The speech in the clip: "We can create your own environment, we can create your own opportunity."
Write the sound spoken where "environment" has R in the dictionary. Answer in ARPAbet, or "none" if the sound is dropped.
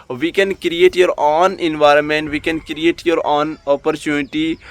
R